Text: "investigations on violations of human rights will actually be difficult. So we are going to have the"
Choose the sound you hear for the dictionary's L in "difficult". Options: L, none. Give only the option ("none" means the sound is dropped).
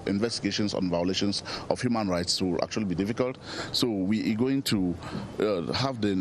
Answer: L